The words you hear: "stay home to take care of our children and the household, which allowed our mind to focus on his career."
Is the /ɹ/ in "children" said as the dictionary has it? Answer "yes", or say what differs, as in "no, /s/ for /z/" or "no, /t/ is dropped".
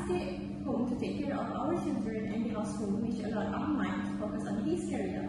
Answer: yes